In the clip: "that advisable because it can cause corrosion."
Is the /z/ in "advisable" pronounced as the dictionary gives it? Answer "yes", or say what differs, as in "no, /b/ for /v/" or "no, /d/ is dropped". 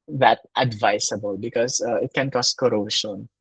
no, /s/ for /z/